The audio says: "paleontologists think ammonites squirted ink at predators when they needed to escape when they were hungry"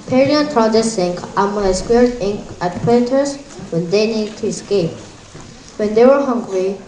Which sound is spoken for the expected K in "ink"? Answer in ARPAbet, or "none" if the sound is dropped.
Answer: none